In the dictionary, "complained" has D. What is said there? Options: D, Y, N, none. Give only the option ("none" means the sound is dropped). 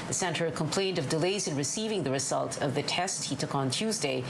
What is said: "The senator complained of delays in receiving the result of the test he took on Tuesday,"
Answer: D